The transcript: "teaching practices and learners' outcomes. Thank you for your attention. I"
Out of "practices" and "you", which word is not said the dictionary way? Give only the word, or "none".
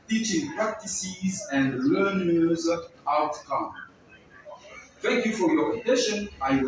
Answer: none